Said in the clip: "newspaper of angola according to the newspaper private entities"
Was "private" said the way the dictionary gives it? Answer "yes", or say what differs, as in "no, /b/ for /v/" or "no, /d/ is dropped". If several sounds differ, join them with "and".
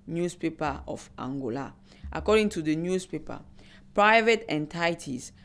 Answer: yes